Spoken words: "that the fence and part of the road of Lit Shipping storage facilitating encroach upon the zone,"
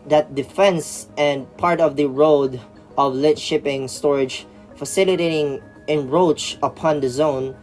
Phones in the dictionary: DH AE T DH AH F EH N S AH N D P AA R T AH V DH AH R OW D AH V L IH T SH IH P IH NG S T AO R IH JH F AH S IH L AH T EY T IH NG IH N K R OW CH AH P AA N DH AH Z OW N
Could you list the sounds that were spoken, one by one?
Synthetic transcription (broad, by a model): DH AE T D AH F EH N S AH N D P AA R T AH V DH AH R OW D AH V L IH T SH IH P IH NG S T AO R IH JH F AH S IH L AH T EY T IH NG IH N R OW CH AH P AA N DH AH Z OW N